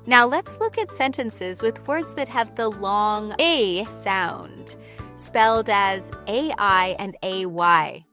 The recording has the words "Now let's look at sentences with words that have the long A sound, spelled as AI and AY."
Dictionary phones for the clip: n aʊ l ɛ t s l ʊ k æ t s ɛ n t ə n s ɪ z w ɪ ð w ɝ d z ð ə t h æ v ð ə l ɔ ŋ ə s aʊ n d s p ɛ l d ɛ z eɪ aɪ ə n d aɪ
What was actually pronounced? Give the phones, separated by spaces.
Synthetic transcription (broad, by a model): n aʊ l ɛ t s l ʊ k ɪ t s ɛ n t ə n s ɪ z w ɪ ð w ɝ d z ð ə t h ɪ v ð ə l ɔ ŋ ə s aʊ n d s p ɛ l d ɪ z eɪ aɪ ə n d aɪ